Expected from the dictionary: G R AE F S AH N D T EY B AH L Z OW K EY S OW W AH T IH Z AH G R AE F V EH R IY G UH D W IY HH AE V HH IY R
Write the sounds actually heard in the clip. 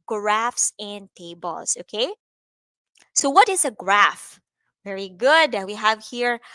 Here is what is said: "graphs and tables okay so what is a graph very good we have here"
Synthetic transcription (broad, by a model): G R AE F S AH N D T EY B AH L S OW K EY S OW W AH T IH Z AH G R AE F V EH R IY G UH D W IY HH AE V HH IY R